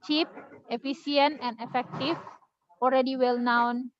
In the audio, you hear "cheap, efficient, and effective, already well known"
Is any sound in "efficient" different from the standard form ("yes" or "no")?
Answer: yes